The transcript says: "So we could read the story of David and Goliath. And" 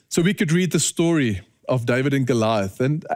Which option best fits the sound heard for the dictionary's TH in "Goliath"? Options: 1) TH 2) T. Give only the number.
1